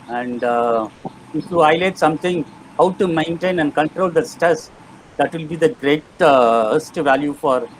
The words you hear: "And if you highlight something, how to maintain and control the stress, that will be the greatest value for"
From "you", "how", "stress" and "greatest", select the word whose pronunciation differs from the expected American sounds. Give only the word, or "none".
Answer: stress